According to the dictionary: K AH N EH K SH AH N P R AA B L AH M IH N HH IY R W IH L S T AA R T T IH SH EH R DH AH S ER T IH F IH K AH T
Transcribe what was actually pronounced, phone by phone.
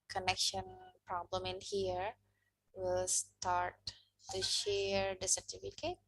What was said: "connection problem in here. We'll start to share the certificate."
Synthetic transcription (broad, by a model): K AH N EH K SH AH N P R AA B L AH M IH N HH IY R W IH L S T AA R T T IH SH EH R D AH S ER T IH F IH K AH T